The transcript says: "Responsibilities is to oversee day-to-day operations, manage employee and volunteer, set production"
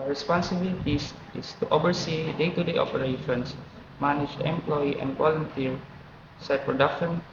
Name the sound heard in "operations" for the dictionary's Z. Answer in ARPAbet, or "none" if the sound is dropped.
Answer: S